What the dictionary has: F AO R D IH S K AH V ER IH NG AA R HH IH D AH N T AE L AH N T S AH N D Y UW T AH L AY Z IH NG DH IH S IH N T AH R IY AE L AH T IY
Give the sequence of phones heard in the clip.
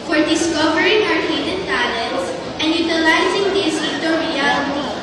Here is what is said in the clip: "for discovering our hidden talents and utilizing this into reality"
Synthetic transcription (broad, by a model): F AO R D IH S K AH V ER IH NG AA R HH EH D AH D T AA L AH T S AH N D Y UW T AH L AY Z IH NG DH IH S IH T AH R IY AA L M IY